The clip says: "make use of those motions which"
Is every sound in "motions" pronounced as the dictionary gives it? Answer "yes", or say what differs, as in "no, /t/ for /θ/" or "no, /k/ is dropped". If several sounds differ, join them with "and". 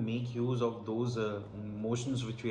yes